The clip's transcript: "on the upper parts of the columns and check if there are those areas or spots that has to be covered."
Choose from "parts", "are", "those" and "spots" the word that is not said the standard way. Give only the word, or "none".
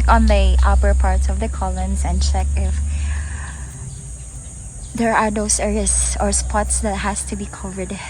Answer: those